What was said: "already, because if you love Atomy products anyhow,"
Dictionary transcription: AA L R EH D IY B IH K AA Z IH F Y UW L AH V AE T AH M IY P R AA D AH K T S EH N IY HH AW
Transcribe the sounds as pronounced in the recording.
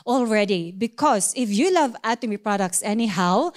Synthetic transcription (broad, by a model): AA L R EH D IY B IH K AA S IH F Y UW L AH V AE T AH M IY P R AA D AH K T S EH N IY HH AW